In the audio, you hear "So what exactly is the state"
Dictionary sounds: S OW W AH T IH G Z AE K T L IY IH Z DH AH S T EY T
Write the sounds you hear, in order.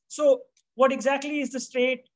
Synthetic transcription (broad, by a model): S OW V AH T IH G Z AE K T L IY IH Z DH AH S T EY T